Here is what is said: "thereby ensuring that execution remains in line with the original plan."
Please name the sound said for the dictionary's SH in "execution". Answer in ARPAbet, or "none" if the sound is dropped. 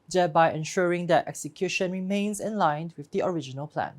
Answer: SH